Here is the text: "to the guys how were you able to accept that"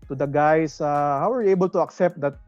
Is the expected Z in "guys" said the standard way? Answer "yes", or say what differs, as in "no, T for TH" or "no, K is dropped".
no, S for Z